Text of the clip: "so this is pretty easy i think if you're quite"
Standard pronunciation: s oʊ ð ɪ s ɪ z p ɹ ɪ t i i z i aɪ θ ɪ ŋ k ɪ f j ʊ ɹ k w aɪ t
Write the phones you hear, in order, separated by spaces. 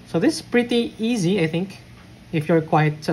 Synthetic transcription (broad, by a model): s oʊ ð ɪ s p ɹ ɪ t i i z i aɪ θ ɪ ŋ k ɪ f j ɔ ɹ k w aɪ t